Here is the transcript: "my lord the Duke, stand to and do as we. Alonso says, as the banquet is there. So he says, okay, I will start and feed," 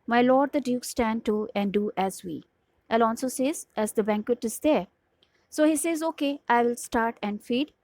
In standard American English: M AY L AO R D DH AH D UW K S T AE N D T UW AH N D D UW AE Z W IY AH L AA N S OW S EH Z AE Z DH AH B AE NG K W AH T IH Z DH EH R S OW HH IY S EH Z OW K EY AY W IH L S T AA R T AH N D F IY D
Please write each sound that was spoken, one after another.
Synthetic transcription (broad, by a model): M AY L AO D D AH D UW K S T AE N D T UW AH N D D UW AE Z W IY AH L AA L S OW S EH Z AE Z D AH B AE NG K W AH T IH Z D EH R S OW HH IY S EH Z OW K EY AY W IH L S T AA R T AH N D F IY D